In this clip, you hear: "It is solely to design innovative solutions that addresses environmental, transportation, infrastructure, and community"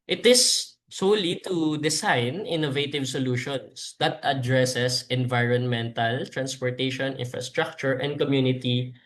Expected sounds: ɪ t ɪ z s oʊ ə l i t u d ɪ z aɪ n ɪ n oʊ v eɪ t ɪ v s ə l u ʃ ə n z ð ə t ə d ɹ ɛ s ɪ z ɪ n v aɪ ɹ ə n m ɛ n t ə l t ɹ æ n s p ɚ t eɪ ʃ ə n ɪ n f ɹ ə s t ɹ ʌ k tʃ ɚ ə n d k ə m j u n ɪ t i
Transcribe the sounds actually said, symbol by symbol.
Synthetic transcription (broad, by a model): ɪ t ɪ s oʊ l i t u d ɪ s aɪ n ɪ n oʊ v eɪ t ɪ v s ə l u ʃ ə n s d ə t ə d ɹ ɛ s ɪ s ɪ n v aɪ ɹ ə n m ɛ n t ə l t ɹ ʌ n s p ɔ t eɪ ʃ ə n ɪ n f ɹ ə s t ɹ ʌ k tʃ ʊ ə n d k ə m j u n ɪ t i